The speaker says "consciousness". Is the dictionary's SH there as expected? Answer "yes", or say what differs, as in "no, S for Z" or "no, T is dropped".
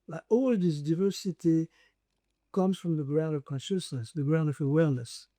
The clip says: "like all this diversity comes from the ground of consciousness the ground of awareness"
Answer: yes